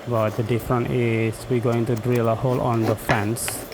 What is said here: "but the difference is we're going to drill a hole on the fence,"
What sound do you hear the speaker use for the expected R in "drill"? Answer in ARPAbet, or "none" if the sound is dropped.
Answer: R